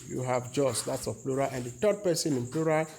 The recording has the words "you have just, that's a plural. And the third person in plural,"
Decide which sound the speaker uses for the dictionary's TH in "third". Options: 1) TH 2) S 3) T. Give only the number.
3